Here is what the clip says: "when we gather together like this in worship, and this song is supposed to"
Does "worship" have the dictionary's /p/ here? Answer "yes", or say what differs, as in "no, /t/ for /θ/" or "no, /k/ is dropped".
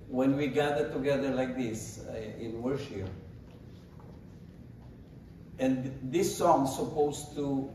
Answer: no, /p/ is dropped